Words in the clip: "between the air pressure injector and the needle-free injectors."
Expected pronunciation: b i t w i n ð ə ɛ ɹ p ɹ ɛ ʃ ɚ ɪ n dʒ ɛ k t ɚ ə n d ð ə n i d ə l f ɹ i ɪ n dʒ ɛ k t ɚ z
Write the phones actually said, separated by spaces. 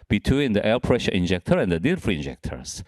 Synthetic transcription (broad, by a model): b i t w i n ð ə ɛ l p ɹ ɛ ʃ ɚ ɪ n dʒ ɛ k t ɚ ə n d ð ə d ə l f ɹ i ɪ n dʒ ɛ k t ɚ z